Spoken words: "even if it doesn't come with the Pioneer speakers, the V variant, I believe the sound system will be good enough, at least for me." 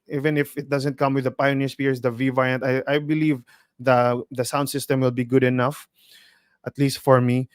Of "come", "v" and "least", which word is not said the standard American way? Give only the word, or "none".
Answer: none